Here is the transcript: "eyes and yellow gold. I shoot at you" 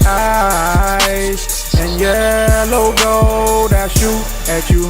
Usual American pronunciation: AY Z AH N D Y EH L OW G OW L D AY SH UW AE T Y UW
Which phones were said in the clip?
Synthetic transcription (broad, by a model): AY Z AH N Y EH L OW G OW D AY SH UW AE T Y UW